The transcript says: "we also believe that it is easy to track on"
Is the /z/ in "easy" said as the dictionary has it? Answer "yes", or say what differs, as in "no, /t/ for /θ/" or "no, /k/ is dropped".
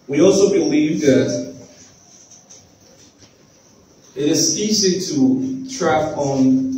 no, /s/ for /z/